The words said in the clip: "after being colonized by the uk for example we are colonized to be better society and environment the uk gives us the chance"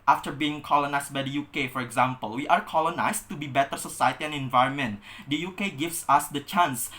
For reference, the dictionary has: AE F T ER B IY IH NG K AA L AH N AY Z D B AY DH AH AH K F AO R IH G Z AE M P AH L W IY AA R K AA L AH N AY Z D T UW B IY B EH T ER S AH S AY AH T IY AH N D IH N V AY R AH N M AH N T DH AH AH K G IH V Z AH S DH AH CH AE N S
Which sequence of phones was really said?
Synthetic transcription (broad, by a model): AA F T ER B IY IH NG K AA L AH N AY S B AY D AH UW K F AO R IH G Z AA M P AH L W IY AA R K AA L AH N AY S T UW B IY B EH T ER S AH S AY AH T IY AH N IH N V AY R AH N M AH N T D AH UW K G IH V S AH S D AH CH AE N S